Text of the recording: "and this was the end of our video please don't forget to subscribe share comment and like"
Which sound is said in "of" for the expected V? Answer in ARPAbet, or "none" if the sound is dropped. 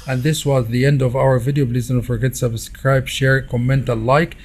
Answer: V